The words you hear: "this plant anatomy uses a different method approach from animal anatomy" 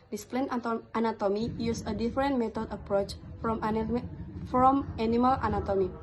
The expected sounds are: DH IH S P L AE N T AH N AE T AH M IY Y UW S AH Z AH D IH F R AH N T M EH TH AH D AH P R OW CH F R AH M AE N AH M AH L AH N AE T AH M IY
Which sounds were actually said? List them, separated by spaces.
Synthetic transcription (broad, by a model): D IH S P L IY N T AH N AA T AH M IY Y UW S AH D AH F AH R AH N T M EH T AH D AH P R OW CH F R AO M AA N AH M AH L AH N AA T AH M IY